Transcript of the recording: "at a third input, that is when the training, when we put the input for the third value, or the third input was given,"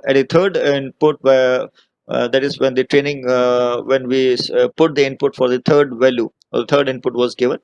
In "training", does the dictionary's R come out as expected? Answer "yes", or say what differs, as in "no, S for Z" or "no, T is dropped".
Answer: yes